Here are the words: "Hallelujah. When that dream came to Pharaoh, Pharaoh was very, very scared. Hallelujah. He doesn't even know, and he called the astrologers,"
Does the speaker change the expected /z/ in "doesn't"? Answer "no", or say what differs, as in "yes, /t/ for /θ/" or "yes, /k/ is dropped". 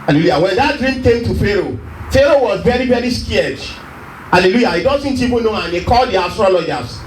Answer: yes, /s/ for /z/